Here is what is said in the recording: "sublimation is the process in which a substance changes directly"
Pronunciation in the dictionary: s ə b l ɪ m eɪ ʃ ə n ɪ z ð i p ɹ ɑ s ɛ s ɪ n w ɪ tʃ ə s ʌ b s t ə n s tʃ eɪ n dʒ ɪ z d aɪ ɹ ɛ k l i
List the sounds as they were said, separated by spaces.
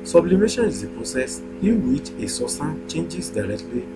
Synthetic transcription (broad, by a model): s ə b l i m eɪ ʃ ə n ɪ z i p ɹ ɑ s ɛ s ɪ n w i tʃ ə s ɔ s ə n tʃ eɪ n dʒ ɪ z d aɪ ɹ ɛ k l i